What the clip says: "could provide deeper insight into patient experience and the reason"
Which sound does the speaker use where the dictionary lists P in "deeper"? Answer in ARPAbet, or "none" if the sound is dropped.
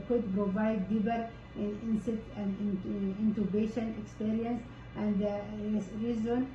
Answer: B